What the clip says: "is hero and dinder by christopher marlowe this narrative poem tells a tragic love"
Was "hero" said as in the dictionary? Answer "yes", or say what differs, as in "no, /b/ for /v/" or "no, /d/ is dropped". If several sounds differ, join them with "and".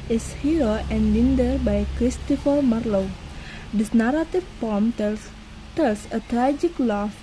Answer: no, /ɹ/ is dropped